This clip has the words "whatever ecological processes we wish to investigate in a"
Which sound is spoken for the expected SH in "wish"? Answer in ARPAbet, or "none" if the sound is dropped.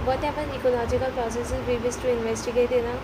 S